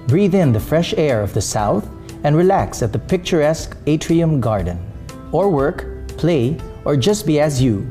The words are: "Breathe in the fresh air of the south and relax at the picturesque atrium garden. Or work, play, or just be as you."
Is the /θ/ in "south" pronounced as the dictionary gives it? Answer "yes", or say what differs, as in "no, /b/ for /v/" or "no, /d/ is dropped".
yes